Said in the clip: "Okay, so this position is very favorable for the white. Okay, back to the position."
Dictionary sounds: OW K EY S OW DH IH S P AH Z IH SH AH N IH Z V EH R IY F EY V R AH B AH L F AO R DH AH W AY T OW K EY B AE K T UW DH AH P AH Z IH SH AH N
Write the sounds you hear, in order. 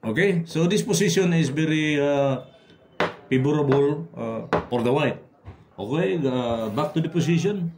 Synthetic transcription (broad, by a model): OW K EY S OW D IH S P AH S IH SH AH N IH S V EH R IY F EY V R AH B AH L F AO R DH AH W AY T OW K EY B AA K T UW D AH P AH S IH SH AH N